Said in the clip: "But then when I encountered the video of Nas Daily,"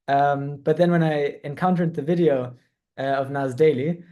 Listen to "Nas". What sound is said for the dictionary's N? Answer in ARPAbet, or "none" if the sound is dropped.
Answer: N